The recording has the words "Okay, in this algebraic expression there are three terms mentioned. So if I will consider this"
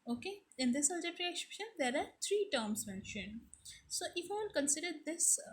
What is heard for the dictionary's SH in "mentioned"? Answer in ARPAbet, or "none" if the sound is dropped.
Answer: SH